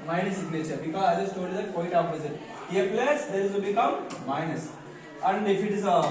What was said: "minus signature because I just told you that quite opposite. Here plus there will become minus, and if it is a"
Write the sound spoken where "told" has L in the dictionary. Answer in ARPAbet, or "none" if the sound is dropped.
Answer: none